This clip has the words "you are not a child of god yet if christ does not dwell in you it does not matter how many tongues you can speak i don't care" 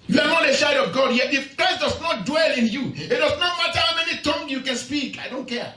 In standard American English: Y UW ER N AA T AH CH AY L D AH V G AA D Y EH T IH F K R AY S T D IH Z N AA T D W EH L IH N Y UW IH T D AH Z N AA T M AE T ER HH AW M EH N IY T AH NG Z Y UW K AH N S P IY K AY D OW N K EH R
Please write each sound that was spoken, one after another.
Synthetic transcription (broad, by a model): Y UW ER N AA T AH SH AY D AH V G AA D Y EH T IH F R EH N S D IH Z N AA T D W EH L IH N Y UW IH T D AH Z N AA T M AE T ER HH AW M EH N IY T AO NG Y UW K AH N S P IY K AY D OW N K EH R